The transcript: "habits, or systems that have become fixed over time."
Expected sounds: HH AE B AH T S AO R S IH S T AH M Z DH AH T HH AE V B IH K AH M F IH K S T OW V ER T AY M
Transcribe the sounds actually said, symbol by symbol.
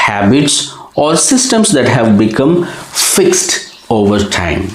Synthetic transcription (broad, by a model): HH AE B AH T S AO R S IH S T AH M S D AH T HH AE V B IH K AH M F IH K S T OW V ER T AY M